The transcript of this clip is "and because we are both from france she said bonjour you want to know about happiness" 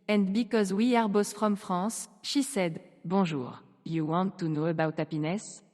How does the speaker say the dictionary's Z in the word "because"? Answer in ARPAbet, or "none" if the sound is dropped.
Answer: Z